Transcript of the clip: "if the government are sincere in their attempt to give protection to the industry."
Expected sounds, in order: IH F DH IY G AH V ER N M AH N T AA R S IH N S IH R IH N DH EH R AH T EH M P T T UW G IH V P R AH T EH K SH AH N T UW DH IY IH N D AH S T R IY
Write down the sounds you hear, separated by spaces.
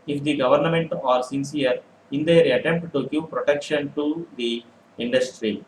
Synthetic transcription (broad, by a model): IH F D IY G AH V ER N M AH N T AA R S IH N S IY R IH N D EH R AH T EH M P T T UW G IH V P R AH T EH K SH AH N T UW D IY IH N D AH S T R IY